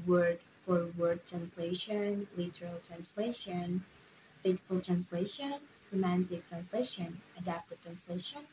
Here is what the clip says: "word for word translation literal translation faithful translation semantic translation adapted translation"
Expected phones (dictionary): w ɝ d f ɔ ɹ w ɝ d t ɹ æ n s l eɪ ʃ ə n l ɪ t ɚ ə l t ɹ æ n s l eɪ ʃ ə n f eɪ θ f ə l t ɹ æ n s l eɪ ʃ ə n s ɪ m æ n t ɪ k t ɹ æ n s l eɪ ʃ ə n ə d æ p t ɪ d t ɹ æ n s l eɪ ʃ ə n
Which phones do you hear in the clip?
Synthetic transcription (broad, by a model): w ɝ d f ɔ ɹ w ɝ d t ɹ æ n s l eɪ ʃ ə n l ɪ t ɚ ə l t ɹ æ n s l eɪ ʃ ə n f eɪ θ f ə l t ɹ æ n s l eɪ ʃ ə n s ɪ m æ n t ɪ k t ɹ æ n s l eɪ ʃ ə n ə d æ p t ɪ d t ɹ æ n s l eɪ ʃ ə n